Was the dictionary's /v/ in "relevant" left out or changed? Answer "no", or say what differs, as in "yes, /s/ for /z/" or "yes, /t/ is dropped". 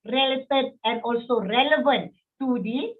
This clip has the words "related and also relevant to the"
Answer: no